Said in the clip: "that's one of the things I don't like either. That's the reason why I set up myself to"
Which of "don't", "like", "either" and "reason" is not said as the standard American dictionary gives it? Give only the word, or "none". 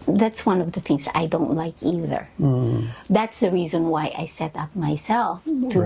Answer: none